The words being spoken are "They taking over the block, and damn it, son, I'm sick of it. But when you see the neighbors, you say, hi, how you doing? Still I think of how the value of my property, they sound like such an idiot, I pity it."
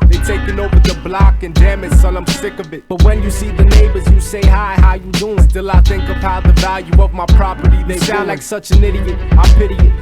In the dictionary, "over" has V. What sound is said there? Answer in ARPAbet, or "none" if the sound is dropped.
V